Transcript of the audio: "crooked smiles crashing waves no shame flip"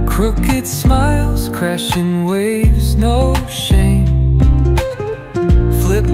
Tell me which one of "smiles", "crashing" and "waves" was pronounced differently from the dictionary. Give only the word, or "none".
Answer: none